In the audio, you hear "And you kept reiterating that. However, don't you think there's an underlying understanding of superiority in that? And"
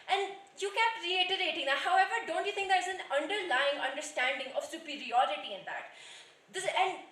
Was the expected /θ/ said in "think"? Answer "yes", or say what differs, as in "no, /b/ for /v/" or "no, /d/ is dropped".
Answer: no, /t/ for /θ/